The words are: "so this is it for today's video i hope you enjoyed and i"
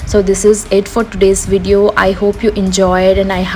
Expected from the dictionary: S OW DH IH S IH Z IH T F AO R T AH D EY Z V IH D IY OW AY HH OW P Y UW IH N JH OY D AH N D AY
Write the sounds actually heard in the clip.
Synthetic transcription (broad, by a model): S OW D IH S IH Z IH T F AO R T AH D EY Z V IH D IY OW AY HH OW P Y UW IH N JH OY D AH N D AY